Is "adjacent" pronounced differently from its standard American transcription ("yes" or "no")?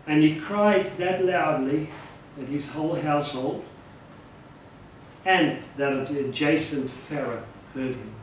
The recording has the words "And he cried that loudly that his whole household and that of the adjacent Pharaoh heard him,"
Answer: no